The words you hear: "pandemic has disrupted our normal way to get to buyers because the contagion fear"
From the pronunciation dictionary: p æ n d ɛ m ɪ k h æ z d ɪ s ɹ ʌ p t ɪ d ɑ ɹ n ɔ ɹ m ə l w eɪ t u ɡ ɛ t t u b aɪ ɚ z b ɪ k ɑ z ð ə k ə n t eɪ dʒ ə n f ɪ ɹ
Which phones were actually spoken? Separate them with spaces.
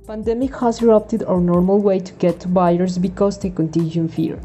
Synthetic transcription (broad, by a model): p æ n d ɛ m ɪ k h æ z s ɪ ɹ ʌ p t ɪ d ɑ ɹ n ɔ ɹ m ə l w eɪ t u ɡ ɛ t t u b aɪ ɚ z b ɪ k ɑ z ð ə k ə n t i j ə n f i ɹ